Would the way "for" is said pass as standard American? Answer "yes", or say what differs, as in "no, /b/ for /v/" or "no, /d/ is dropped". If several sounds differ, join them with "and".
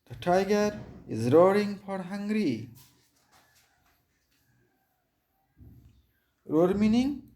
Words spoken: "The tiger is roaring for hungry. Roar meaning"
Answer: no, /p/ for /f/